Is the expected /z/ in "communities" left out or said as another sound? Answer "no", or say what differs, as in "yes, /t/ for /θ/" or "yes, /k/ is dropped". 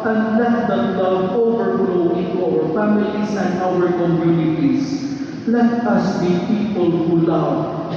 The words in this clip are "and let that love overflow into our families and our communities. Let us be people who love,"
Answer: yes, /s/ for /z/